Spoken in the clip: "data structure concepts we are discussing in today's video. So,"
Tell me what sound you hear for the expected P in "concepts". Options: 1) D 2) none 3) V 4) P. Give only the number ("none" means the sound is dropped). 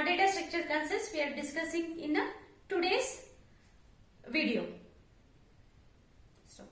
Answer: 2